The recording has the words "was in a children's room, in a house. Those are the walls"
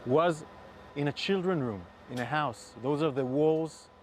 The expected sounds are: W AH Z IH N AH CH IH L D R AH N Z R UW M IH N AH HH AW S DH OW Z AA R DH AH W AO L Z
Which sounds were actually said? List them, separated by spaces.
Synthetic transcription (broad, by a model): W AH Z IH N AH CH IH L D R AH N R UW M IH N AH HH AW S DH OW Z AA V DH AH W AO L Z